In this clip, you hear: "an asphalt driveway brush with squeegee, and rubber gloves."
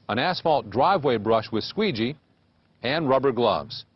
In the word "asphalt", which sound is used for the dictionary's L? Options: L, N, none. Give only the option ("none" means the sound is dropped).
L